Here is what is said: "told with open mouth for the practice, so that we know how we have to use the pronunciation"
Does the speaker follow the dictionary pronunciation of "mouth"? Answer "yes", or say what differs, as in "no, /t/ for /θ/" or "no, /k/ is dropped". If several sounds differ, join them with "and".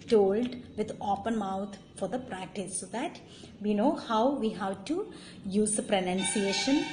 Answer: no, /t/ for /θ/